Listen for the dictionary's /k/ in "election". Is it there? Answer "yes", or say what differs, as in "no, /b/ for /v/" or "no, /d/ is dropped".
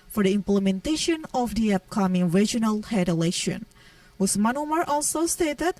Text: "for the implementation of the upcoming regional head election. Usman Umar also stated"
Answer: no, /k/ is dropped